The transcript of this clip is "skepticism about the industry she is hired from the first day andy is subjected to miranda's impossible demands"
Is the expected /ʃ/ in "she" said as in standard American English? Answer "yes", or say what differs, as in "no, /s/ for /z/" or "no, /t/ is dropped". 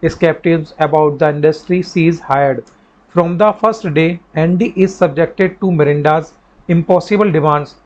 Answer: no, /s/ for /ʃ/